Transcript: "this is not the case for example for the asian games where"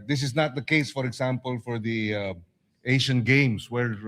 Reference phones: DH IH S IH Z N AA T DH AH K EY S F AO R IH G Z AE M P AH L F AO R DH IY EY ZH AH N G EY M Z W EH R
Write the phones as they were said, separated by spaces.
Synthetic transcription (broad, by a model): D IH S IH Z N AA T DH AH K EY S F AO R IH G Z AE M P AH L F AO R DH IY EY SH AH N G EY M S W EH R